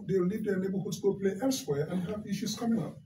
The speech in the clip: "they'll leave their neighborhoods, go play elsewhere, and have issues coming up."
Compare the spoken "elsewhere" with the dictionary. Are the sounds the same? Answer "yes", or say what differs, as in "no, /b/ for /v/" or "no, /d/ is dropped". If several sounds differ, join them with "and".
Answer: yes